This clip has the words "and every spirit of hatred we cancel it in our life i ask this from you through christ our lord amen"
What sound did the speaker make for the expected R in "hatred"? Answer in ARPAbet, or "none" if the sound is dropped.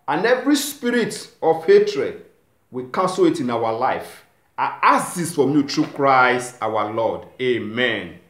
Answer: R